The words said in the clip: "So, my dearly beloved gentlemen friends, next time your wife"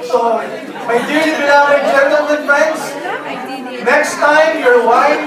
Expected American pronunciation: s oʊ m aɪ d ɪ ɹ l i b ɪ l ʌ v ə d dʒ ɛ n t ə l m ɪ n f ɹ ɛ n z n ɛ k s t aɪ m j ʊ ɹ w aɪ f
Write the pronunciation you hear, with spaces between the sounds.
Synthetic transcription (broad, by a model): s oʊ m aɪ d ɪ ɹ i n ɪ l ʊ ə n dʒ ɛ n t ə l m ɪ n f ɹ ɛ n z n ɛ k s t aɪ m j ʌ ɹ w aɪ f